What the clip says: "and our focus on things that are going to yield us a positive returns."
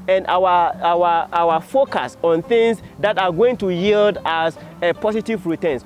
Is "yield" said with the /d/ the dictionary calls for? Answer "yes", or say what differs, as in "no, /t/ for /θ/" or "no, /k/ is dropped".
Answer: yes